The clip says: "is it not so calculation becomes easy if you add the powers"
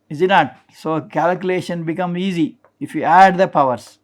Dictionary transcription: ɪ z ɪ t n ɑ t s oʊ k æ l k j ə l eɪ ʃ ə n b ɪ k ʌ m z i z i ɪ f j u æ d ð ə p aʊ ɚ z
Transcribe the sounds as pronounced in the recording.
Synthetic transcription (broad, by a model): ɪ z ɪ t n ɑ t s oʊ k æ l k j ə l eɪ ʃ ə n b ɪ k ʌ m i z i ɪ f j u æ d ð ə p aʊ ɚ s